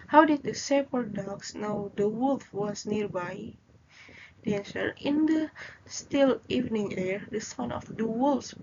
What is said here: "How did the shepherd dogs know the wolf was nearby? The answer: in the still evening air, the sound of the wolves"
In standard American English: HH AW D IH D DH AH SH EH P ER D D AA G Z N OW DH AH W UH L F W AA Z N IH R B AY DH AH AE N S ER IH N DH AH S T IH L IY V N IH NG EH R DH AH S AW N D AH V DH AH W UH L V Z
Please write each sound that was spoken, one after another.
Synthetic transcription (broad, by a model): HH AW D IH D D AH S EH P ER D D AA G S N OW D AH W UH L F W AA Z N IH R B AY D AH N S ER IH N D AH S T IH L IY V N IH NG EH R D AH S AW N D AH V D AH W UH L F